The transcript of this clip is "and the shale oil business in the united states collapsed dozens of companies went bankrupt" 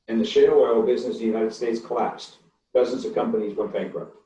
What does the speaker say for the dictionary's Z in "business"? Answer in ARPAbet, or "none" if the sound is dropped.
Z